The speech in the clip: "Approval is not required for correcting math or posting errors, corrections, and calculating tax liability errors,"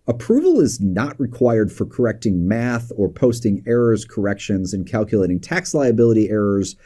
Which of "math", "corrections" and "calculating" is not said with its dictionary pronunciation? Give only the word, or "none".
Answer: none